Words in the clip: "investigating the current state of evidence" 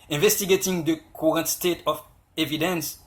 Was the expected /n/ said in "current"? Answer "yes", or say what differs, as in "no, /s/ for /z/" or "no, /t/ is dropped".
yes